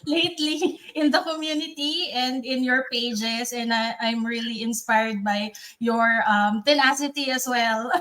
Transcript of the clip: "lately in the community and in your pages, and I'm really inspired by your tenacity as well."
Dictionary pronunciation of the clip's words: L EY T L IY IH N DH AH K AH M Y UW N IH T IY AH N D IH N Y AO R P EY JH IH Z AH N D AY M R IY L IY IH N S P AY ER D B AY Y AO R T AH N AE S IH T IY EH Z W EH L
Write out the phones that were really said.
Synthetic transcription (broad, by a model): L EY T L IY IH N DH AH K AH M Y UW N IH T IY AH N D IH N Y AO R P EY JH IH S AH N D AY M R IY L IY IH N S P AY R D B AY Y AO R T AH N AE S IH T IY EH S W EH L